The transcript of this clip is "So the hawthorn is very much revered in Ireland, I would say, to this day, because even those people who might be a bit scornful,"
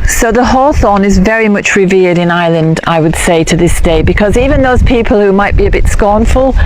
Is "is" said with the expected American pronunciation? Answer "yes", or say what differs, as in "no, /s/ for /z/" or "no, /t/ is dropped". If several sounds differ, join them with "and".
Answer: yes